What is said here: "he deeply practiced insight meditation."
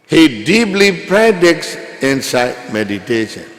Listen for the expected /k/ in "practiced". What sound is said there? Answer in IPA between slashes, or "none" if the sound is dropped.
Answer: none